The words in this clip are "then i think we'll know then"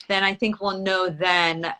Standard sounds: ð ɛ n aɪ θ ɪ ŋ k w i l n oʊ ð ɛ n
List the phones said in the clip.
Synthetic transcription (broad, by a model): ð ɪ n aɪ θ ɪ ŋ k w i l n oʊ ð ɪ n